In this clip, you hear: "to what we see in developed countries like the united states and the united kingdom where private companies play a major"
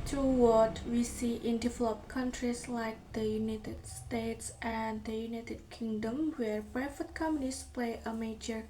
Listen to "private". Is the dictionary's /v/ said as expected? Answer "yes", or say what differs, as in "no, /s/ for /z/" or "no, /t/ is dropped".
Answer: no, /f/ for /v/